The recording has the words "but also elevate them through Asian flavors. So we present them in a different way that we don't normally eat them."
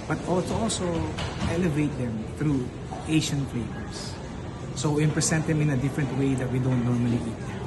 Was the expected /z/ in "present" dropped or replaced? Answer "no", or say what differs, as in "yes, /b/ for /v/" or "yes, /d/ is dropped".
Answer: yes, /s/ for /z/